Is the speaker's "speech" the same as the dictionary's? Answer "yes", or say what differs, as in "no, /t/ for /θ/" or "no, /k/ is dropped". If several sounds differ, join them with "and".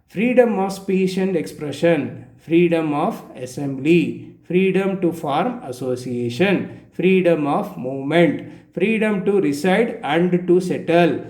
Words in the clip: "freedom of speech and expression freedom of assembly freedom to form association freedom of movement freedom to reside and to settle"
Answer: no, /ʃ/ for /tʃ/